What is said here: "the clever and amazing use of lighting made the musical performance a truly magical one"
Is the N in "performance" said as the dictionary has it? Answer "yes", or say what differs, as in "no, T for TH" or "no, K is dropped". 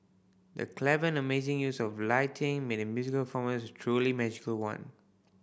no, N is dropped